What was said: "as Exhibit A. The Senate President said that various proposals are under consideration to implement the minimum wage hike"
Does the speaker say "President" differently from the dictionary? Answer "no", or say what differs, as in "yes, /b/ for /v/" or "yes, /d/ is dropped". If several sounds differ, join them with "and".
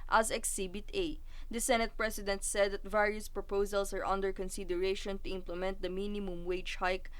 yes, /s/ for /z/